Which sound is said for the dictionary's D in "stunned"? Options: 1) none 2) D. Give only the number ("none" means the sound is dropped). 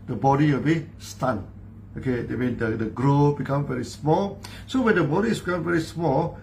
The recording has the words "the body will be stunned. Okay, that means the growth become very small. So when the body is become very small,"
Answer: 1